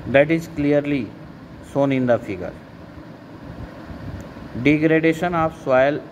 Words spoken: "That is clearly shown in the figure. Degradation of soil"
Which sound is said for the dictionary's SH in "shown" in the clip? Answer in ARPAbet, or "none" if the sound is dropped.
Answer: S